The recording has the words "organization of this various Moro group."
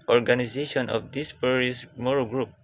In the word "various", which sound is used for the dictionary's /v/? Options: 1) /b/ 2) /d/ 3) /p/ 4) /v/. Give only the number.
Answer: 3